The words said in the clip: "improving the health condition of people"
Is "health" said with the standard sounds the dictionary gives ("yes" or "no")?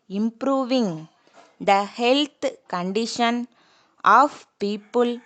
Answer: no